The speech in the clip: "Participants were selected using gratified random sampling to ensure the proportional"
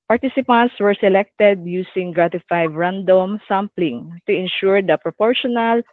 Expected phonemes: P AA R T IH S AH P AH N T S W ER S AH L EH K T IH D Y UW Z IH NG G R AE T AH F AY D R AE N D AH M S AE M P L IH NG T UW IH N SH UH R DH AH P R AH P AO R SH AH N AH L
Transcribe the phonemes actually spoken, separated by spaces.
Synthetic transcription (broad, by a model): P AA R T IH S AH P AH N T S W ER S AH L EH K T IH D Y UW S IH NG G R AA T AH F AY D R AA N D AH M S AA M P L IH NG T UW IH N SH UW R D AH P R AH P AO R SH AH N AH L